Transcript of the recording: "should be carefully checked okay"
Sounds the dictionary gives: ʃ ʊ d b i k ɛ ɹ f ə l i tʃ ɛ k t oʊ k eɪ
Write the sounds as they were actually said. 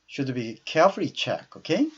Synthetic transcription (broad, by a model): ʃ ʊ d b i k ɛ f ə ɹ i tʃ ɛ k oʊ k eɪ